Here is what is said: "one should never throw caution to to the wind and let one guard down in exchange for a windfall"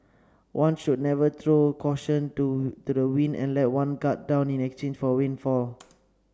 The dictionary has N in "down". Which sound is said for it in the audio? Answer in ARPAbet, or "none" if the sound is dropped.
N